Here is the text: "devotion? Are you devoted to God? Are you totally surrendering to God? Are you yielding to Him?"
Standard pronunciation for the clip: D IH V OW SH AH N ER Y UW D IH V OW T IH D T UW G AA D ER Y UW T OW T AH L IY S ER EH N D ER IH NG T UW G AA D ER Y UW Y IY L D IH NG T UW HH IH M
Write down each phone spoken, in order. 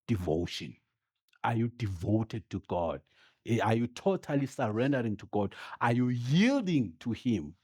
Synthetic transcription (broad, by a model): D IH V OW SH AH N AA Y UW D IH V OW T IH D T UW G AA D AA Y UW T OW T AH L IY S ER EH N D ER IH NG T UW G AA D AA Y UW Y IY L D IH NG T UW HH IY M